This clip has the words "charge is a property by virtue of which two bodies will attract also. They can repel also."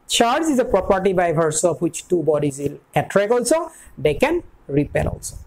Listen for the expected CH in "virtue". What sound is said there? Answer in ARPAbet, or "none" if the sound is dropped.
S